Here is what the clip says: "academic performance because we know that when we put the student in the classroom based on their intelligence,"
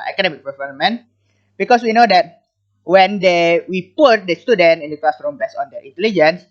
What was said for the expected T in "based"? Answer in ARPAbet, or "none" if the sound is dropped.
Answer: none